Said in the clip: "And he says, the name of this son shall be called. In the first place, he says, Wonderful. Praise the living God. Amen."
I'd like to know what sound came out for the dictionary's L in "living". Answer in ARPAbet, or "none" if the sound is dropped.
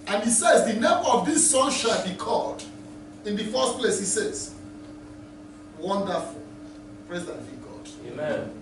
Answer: N